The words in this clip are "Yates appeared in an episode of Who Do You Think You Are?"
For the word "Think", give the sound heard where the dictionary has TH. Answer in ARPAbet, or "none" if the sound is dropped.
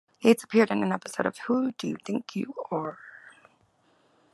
TH